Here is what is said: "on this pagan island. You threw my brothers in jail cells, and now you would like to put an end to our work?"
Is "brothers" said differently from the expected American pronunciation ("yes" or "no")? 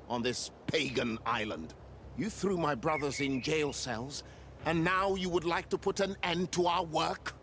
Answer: no